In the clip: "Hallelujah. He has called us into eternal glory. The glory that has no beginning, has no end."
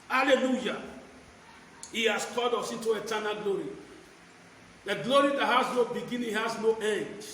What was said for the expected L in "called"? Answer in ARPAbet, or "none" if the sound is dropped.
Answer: none